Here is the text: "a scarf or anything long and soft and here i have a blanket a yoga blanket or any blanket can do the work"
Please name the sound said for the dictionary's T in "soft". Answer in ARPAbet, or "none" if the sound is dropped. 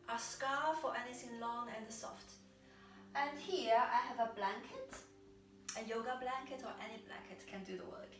T